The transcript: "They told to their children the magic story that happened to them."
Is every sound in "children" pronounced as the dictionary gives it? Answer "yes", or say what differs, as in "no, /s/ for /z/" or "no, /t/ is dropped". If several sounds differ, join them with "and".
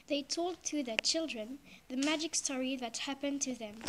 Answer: yes